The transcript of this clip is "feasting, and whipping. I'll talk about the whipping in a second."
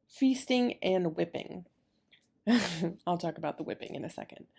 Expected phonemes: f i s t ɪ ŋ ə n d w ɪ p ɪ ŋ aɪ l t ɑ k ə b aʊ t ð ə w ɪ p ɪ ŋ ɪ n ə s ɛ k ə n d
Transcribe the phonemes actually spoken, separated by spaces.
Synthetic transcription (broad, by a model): f i s t ɪ ŋ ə n w ɪ p ɪ ŋ aɪ l t ɑ k ə b aʊ t ð ə w ɪ p ɪ ŋ ɪ n ə s ɛ k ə n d